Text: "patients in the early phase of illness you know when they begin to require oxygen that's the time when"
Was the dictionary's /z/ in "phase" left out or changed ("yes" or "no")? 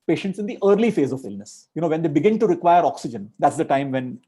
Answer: no